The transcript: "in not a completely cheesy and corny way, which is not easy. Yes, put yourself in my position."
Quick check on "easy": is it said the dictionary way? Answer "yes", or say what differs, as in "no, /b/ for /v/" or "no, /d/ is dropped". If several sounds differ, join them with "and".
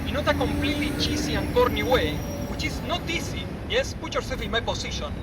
no, /s/ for /z/